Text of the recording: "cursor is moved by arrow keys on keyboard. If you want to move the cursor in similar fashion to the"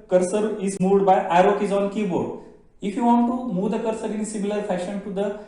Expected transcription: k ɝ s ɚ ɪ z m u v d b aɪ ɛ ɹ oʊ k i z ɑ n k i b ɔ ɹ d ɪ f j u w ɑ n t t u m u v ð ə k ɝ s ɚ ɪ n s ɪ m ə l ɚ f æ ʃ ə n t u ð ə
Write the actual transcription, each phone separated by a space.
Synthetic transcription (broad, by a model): k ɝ s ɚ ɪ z m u d b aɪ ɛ ɹ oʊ k i z ɑ n k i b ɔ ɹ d ɪ f j u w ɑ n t t u m u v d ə k ɝ s ɚ ɪ n s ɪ m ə l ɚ f æ ʃ ə n t u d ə